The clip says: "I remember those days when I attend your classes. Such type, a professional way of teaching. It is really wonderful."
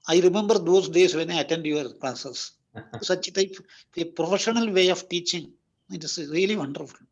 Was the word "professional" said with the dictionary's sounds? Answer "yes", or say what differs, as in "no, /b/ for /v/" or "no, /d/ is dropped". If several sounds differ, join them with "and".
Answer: yes